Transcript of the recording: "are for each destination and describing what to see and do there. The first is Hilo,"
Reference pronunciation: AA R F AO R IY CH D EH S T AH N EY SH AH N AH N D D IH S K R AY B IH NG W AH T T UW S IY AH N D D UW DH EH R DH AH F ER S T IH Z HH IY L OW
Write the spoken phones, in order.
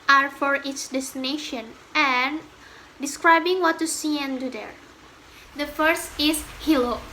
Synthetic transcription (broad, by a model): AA R F AO R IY S D EH S T AH N EY SH AH N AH N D D IH S K R AY B IH NG W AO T T UW S IY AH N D D UW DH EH R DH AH F ER S T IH S HH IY L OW